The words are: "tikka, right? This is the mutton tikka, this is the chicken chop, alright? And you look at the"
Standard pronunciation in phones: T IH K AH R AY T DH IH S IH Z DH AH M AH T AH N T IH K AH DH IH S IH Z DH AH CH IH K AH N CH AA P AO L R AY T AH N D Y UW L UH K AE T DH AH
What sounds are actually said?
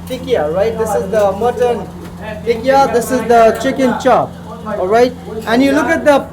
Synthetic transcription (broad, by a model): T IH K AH R AY T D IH S IH Z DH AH M AH T AH N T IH K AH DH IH S IH Z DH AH CH IH K AH N CH AA P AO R AY T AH N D Y UW L UH K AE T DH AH